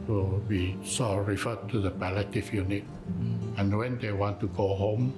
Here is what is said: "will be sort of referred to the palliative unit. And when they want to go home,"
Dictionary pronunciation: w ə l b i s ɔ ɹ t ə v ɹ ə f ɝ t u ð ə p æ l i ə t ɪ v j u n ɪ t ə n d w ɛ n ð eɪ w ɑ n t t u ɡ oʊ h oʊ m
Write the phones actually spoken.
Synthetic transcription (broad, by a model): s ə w i s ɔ ɹ ə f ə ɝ t u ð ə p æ l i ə t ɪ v j u n ɪ t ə n w ɛ n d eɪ w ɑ n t t u ɡ oʊ h oʊ m